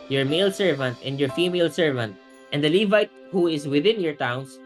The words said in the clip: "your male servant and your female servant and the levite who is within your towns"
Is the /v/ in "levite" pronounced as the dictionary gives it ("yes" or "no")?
yes